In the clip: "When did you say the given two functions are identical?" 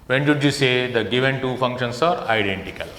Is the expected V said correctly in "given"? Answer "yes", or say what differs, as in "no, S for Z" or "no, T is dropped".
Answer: yes